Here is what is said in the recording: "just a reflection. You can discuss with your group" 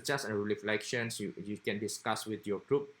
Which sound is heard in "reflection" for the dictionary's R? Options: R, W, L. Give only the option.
L